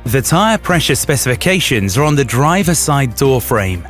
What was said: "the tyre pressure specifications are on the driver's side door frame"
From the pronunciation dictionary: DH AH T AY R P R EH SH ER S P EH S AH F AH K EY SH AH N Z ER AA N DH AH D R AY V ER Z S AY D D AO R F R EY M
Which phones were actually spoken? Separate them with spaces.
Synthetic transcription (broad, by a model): DH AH T AY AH P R EH SH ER S P EH S AH F AH K EY SH AH N Z ER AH N DH AH D R AY V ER S AY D D AO F R EY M